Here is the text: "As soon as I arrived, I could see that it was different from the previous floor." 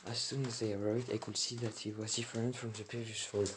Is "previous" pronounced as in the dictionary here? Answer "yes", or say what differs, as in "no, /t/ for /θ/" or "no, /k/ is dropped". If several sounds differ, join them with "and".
no, /ɹ/ is dropped